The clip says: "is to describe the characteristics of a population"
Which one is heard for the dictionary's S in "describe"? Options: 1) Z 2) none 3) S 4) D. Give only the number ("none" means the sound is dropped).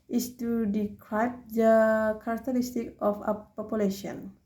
2